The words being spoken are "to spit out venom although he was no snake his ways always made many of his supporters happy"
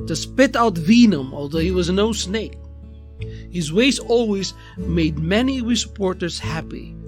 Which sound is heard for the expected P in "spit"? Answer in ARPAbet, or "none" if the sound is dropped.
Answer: P